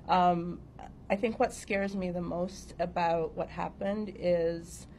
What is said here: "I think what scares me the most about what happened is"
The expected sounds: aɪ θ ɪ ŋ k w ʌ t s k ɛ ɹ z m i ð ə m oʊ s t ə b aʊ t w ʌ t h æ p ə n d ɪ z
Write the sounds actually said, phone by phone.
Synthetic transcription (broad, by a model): aɪ θ ɪ ŋ k w ʌ t s k ɛ ɹ z m i ð ə m oʊ s t ə b aʊ t w ʌ t h æ p ə n d ɪ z